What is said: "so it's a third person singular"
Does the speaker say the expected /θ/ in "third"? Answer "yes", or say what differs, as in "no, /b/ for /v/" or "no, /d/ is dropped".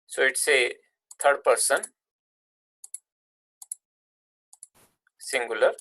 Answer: no, /t/ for /θ/